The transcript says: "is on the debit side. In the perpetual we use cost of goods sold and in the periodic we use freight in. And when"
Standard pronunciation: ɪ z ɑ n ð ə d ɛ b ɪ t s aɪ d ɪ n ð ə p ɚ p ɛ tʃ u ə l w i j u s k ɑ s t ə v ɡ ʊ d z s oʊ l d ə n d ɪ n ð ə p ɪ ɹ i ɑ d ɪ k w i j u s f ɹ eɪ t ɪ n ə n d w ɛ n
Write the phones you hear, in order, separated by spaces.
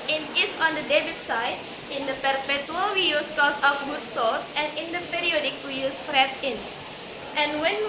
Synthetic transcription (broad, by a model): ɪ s ɑ n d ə d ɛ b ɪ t s aɪ d ɪ n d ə p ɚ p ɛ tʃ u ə l w i j u s k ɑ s ə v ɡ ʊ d s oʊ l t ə n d ɪ n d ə p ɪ ɹ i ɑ d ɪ k w i j u s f ɹ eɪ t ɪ n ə n w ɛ n